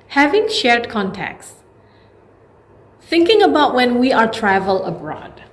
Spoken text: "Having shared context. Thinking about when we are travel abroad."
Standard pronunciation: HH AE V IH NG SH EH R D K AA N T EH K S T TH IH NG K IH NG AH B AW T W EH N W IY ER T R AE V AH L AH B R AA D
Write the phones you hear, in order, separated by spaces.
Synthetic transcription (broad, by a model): HH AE V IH NG SH EH R D K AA N T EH K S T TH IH NG K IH NG AH B AW T W EH N W IY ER T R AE V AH L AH B R AA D